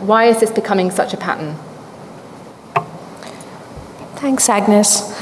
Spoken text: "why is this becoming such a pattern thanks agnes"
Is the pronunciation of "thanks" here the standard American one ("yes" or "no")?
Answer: yes